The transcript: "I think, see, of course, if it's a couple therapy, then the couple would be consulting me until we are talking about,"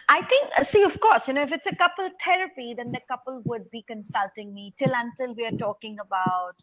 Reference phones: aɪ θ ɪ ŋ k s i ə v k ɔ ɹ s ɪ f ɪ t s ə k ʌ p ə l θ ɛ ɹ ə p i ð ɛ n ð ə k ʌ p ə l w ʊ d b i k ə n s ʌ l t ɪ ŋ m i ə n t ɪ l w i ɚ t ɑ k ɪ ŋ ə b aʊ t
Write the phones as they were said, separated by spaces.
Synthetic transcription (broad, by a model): aɪ t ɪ ŋ k s i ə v k ɔ ɹ s ɪ f ɪ t s ə k ʌ p ə l t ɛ ɹ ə p i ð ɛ n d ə k ʌ p ə l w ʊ d b i k ə n s ʌ l t ɪ ŋ m i ə n t ɪ l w i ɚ t ɑ k ɪ ŋ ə b aʊ t